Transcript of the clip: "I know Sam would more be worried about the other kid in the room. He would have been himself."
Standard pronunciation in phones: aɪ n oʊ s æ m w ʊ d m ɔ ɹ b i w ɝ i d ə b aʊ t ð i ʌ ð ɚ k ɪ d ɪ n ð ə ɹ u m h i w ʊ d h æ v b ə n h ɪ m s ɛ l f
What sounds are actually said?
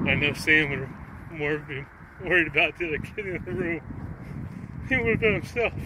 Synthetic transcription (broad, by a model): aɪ n oʊ s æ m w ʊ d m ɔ ɹ b i w ɝ i d ə b aʊ t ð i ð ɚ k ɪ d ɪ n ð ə ɹ u m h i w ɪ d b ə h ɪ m s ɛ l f